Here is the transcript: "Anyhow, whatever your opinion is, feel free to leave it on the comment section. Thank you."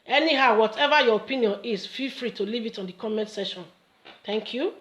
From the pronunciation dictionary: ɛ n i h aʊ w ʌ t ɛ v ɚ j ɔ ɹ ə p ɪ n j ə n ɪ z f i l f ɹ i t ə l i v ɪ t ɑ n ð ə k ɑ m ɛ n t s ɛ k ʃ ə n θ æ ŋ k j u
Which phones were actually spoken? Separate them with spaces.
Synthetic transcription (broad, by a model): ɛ n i h aʊ w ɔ t ɛ v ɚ j ɔ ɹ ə p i n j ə n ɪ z f i l f ɹ i t ə l i v ɪ t ɑ n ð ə k ɑ m ɛ n t s ɛ ʃ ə n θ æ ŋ k j u